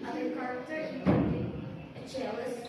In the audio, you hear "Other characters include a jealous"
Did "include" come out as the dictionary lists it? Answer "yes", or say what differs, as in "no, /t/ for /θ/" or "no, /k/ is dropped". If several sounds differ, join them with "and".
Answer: no, /d/ is dropped